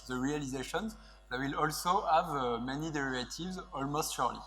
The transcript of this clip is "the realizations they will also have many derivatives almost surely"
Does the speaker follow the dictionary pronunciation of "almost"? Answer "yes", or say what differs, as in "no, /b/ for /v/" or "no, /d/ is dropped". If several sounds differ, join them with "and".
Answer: yes